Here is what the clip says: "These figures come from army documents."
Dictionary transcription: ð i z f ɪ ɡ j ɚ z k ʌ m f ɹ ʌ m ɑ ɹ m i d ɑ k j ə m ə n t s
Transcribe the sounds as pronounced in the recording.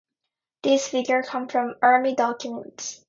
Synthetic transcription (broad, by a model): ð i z f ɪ ɡ j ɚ k ʌ m f ɹ ʌ m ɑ ɹ m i d ɑ k j ə m ə n t s